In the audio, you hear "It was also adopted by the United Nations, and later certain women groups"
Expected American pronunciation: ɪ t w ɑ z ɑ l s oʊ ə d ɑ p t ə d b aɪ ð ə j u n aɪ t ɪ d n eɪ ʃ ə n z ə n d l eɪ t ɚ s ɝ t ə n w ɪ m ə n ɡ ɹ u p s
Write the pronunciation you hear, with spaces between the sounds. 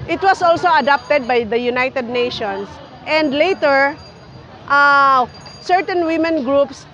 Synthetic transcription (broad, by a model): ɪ t w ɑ s ɑ l s oʊ ə d ɑ p t ə d b aɪ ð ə j u n aɪ t ɪ d n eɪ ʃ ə n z ə n d l eɪ t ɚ s ɝ t ə n w ɪ m ə n ɡ ɹ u p s